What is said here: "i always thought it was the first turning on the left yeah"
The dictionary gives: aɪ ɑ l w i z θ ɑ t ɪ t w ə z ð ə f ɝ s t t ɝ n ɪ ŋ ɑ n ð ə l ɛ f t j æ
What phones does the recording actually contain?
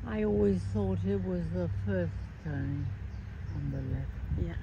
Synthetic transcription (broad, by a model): aɪ ɑ l w i z θ ɑ t ɪ t w ə z ð ə f ɝ s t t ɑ ɪ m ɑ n ð ə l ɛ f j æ